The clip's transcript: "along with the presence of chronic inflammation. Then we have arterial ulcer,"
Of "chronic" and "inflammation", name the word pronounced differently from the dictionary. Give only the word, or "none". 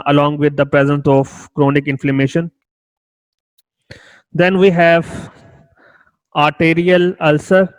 none